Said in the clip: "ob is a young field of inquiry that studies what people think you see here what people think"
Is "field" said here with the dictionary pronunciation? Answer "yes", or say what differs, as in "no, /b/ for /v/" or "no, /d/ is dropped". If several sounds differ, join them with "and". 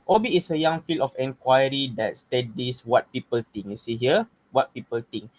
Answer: no, /d/ is dropped